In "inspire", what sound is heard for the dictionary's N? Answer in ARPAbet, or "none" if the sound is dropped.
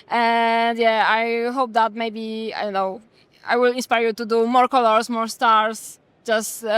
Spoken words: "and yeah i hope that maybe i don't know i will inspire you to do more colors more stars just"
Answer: N